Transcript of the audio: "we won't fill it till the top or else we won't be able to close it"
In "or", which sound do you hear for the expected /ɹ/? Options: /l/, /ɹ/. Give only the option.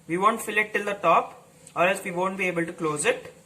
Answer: /l/